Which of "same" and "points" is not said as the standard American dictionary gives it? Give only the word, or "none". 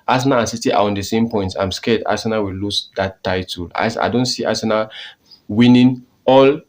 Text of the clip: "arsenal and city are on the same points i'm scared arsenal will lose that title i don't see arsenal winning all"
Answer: points